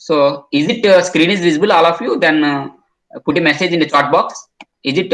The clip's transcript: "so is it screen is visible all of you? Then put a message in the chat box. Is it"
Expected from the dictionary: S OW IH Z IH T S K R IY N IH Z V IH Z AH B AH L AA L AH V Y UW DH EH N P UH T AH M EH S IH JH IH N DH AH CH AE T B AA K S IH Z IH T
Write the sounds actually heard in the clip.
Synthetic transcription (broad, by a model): S OW IH Z IH T S K R IY N IH Z V IH Z AH B AH L AA L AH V Y UW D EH N P UH T AH M EH S IH JH IH N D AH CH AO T B AA K S IH Z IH T